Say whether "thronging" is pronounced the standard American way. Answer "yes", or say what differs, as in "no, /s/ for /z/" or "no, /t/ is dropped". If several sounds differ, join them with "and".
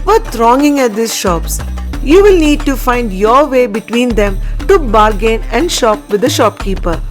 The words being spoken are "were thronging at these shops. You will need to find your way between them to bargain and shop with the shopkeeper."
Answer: no, /t/ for /θ/